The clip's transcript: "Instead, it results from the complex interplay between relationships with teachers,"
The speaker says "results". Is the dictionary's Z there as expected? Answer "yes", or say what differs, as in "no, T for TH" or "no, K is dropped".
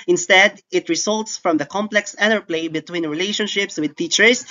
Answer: no, S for Z